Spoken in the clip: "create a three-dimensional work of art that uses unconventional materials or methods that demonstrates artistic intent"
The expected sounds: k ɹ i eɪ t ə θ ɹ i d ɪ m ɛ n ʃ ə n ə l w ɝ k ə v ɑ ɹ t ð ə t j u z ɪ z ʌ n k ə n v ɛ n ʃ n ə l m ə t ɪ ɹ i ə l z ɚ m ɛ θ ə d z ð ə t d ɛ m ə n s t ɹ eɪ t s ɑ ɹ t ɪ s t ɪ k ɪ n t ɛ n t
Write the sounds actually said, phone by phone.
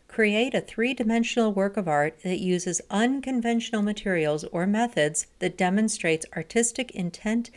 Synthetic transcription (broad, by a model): k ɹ i eɪ t ə θ ɹ i d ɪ m ɛ n ʃ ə n l w ɝ k ə v ɑ ɹ t ð ə t j u z ɪ z ʌ n k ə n v ɛ n ʃ n l m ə t ɪ ɹ i l z ɚ m ɛ θ ə d z ð ə t d ɛ m ə n s t ɹ eɪ t s ɑ ɹ t ɪ s t ɪ k ɪ n t ɛ n t